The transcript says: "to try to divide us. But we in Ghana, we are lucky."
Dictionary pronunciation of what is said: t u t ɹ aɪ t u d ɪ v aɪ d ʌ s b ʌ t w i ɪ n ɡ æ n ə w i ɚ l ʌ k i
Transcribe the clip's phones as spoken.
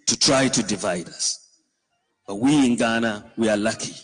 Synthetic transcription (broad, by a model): t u t ɹ aɪ t u d ɪ v aɪ d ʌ s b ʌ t w i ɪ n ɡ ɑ n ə w i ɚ l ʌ k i